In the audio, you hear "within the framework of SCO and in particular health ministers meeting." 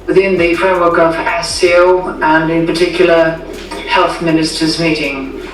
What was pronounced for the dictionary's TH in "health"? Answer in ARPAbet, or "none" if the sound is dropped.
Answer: TH